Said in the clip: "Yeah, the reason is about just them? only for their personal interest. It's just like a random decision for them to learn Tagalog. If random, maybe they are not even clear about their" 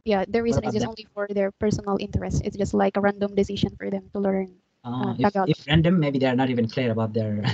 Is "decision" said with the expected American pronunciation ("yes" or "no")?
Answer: no